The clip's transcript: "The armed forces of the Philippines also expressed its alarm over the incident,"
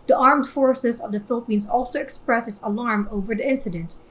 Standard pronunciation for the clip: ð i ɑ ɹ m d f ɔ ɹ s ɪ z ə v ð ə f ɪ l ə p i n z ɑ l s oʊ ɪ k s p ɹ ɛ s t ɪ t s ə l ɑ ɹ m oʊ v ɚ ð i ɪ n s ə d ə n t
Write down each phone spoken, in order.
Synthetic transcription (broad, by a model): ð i ɑ ɹ m d f ɔ ɹ s ɪ z ə v ð ə f ɪ l ə p i n z ɑ l s oʊ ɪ k s p ɹ ɛ s ɪ t s ə l ɑ ɹ m oʊ v ɚ ð i ɪ n s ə d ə n t